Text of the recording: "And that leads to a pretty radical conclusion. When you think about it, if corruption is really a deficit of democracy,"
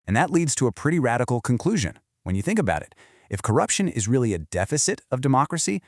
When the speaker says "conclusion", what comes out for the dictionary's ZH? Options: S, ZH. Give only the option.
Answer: ZH